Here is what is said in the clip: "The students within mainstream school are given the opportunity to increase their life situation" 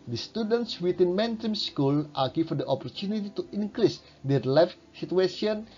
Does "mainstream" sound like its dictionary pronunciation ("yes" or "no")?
no